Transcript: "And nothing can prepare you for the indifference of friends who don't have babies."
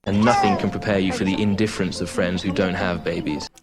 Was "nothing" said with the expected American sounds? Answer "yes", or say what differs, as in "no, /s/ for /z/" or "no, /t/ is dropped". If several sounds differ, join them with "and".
yes